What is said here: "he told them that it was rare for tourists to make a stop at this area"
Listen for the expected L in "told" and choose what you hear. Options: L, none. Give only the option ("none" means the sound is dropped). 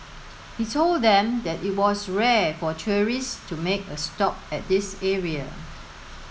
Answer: L